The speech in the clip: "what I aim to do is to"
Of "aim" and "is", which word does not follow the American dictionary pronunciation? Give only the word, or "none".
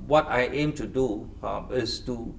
is